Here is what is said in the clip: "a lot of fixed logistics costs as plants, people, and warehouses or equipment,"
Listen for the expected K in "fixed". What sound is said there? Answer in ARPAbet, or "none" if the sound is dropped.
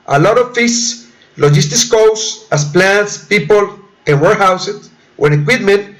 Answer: none